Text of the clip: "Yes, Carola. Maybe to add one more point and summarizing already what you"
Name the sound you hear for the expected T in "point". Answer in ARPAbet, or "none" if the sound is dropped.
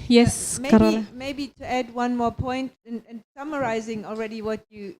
T